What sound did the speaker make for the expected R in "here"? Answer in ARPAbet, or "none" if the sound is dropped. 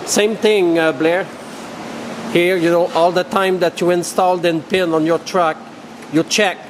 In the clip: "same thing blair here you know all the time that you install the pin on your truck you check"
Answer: R